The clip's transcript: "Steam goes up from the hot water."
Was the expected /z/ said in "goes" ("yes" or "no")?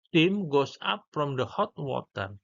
no